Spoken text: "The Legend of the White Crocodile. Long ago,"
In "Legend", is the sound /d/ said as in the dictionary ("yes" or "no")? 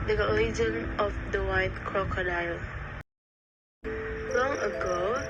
no